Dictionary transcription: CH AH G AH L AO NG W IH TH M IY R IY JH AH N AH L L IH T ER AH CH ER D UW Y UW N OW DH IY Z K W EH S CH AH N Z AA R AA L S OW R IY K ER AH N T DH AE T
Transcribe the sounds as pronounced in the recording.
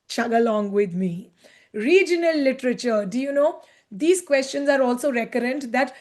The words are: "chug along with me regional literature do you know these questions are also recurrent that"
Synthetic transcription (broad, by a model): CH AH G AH L AO NG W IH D M IY R IY JH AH N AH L L IH T ER AH CH ER D UW Y UW N OW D IY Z K W EH S CH AH N Z AA R AA L S OW R IY K ER AH N T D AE T